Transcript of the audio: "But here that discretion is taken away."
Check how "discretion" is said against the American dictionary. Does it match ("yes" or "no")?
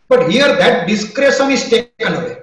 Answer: no